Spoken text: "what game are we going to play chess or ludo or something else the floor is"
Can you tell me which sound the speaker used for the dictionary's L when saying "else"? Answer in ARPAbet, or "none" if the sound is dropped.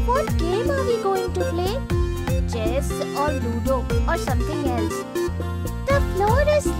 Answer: L